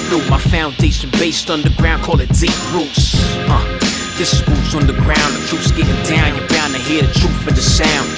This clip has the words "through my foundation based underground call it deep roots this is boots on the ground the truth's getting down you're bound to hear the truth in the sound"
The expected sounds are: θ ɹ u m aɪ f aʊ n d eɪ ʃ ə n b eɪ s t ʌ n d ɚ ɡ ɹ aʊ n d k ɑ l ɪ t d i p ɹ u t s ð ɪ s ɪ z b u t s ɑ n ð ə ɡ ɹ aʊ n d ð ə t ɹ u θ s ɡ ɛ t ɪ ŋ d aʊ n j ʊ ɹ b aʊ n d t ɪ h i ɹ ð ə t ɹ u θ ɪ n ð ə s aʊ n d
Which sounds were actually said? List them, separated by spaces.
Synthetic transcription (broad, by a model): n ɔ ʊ m aɪ f aʊ n d eɪ ʃ ə n b eɪ s t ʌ n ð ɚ ɡ ɹ aʊ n k ɑ l ɪ t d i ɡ ɹ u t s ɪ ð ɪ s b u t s n ð ə ɡ ɹ aʊ n ð ə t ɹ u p s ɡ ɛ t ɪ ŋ d aʊ n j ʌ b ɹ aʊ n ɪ h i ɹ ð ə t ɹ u f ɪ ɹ ð ə s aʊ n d